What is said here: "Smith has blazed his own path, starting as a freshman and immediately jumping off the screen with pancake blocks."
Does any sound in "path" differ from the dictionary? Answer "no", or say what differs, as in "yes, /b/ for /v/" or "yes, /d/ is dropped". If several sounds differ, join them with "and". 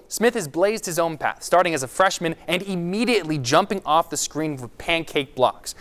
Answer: no